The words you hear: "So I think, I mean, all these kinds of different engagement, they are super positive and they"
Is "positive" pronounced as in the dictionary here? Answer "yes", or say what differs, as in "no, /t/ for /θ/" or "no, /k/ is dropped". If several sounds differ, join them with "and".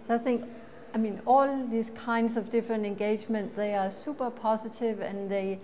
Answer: no, /s/ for /z/